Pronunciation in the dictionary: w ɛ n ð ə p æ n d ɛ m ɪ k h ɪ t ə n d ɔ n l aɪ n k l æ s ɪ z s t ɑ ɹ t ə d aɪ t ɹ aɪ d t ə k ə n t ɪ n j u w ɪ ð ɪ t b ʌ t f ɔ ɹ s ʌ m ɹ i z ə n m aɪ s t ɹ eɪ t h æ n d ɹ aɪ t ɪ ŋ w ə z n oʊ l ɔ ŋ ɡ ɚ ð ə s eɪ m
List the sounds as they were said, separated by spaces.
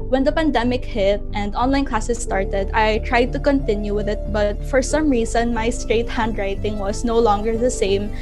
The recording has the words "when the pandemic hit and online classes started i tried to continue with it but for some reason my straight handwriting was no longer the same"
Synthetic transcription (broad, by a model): w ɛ n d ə p æ n d ɛ m ɪ k h ɪ t ə n d ɔ n l aɪ n k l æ s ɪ s t ɑ ɹ t ə d aɪ t ɹ aɪ d t ə k ə n t ɪ n j u w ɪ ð ɪ t b ʌ t f ɔ ɹ s ʌ m ɹ i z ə n m aɪ s t ɹ eɪ t h æ n d ɹ aɪ t ɪ ŋ w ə s n oʊ l ɔ ŋ ɡ ɚ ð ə s eɪ m